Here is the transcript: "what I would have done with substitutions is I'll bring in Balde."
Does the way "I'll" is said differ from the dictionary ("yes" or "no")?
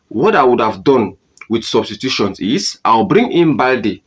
yes